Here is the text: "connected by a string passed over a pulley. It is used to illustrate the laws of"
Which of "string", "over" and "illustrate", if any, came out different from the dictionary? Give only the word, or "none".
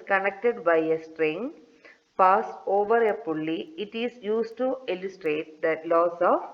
none